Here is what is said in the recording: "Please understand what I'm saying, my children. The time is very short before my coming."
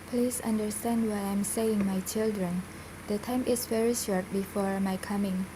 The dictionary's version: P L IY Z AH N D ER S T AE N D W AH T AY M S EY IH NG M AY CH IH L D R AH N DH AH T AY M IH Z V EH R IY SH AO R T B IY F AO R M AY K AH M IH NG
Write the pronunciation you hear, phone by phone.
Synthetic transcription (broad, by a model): P L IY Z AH N D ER S T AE N D W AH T AY M S EY IH NG M AY CH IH L D R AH N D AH T AY M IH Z V EH R IY SH AO R T B IY F AO R M AY K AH M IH NG